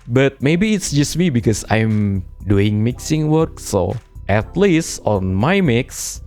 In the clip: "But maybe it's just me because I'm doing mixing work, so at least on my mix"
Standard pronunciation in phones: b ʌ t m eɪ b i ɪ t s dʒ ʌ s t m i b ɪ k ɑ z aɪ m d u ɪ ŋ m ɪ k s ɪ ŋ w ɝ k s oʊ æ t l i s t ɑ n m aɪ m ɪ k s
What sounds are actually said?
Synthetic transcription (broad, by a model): b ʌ t m eɪ b i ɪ t s dʒ ʌ s t m i b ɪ k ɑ s aɪ m d u ɪ ŋ m ɪ k s ɪ ŋ w ɝ k s oʊ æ t l i s t ɑ n m aɪ m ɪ k s